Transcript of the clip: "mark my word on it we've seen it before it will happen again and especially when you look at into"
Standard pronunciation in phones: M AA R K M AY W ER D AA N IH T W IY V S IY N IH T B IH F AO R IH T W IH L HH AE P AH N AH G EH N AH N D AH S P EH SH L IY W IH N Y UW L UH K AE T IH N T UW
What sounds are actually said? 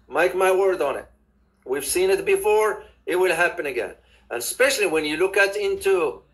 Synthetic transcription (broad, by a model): M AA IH K M AY W ER D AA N IH T W IY V S IY N IH T B IH F AO R IH T W IH L HH AE P AH N AH G EH N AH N AH S P EH SH L IY W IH N Y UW L UH K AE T IH N T UW